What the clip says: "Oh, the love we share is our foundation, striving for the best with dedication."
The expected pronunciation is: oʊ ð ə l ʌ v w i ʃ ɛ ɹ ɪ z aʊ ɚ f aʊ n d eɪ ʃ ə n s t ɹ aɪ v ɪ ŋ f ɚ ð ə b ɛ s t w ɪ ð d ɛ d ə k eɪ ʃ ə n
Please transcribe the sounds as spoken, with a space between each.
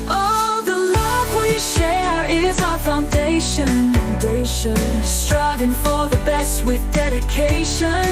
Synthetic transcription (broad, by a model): oʊ ð ə l ʌ v w i ʃ ɛ ɹ ɪ z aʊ ɚ f aʊ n d eɪ ʃ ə n s t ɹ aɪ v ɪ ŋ f ɚ ð ə b ɛ s t w ɪ ð d ɛ d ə k eɪ ʃ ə n